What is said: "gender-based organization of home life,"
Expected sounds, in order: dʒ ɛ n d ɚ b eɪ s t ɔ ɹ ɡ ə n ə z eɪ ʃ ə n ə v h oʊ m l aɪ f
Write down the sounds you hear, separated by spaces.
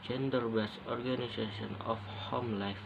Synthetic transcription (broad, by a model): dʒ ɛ n d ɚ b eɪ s ɔ ɹ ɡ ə n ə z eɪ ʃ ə n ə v h oʊ m l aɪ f